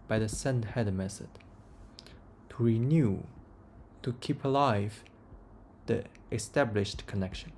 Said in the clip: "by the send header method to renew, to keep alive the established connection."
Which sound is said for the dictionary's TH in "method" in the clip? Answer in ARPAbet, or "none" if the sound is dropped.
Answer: S